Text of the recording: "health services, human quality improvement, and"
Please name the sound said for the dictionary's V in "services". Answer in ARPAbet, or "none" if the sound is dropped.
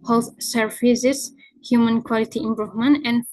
F